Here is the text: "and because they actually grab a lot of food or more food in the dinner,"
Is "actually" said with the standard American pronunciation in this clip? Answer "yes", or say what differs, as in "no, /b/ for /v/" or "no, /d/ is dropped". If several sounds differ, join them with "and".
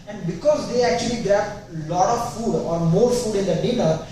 yes